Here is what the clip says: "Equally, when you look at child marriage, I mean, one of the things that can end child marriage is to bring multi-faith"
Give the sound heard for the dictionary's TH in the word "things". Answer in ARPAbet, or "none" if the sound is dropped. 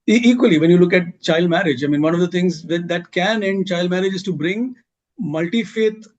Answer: T